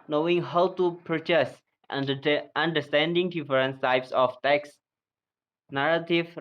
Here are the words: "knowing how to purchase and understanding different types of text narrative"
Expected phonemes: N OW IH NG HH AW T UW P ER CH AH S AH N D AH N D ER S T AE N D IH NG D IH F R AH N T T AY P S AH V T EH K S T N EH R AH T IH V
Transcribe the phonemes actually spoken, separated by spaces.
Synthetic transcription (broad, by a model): N OW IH NG HH AW T UW P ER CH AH S AH N D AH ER S T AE N D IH NG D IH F R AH N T T AY P S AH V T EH K S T N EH R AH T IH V